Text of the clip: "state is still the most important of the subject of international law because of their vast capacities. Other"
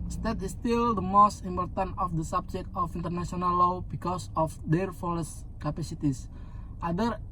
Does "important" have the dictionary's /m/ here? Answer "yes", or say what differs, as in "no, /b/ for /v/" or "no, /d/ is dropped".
yes